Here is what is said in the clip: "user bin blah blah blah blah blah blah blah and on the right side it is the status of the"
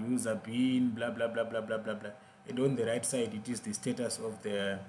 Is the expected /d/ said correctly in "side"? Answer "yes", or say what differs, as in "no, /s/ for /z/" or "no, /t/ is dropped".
yes